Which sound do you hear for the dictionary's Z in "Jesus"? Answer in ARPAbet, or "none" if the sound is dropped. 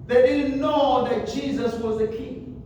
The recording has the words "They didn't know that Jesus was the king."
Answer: Z